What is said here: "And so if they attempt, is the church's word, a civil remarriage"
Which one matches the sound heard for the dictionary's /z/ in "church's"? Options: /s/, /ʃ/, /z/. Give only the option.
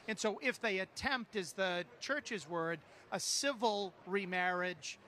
/z/